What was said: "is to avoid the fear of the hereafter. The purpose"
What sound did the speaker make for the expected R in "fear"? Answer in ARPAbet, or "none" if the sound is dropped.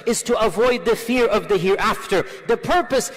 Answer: R